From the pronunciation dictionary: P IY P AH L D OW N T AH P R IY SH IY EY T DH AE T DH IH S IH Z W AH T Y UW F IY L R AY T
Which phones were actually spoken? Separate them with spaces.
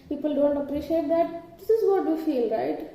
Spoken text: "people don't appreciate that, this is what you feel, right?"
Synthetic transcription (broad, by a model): P IY P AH L D OW N T AH P R IY SH IY EY T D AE T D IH S IH Z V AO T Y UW F IY L R AY T